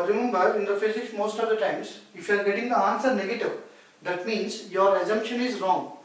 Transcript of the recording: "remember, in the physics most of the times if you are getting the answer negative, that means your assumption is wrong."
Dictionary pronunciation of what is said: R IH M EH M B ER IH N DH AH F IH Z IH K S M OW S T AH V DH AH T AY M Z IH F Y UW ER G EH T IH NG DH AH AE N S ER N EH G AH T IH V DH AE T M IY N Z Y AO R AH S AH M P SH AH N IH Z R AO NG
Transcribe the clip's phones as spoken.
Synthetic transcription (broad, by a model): R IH M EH M B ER IH N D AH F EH S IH S M OW S T AH V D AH T AY M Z IH F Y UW ER G EH T IH NG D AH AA N S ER N EH G AH T IH V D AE T M IY N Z Y AO R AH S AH M P SH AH N IH Z R AO NG